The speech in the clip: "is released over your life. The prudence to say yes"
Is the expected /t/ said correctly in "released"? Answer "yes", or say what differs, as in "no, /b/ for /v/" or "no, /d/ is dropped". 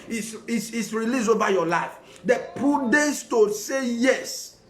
no, /t/ is dropped